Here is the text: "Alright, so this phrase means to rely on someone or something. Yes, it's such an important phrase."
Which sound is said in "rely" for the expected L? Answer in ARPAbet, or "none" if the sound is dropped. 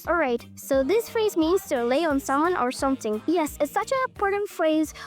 none